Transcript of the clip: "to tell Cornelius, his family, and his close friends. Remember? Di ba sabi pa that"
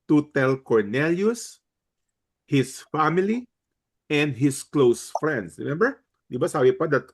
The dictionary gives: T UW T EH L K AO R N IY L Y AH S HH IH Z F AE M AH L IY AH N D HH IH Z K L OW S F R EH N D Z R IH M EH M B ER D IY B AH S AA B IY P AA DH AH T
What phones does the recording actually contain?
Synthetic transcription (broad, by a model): T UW T EH L K AO R N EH L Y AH S HH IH S F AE M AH L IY AH N D HH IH S K L OW S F R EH N D S R IH M EH M B ER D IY B AH S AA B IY P AA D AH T